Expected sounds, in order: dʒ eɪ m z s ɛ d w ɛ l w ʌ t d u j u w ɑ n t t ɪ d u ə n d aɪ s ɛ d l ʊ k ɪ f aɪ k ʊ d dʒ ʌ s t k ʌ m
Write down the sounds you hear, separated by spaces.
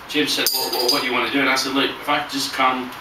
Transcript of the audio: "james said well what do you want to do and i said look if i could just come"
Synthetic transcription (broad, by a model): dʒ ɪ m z s ɛ d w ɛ w w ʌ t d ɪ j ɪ w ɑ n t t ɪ d u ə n aɪ s ɛ d l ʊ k ɪ f aɪ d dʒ ʌ s k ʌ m